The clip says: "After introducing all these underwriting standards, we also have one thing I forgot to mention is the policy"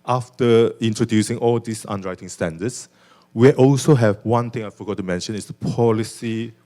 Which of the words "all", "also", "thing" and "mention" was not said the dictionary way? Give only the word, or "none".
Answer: thing